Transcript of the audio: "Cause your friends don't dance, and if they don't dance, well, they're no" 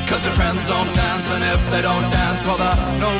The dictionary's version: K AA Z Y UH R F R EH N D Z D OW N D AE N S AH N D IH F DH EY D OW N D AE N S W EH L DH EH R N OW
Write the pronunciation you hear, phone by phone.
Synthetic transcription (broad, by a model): K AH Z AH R F R EH N D Z D OW N D AE N S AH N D IH F DH EY D OW N D AE N S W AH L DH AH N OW